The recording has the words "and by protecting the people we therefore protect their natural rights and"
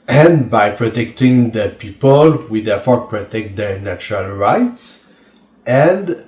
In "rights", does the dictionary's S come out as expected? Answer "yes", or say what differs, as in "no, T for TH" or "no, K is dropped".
yes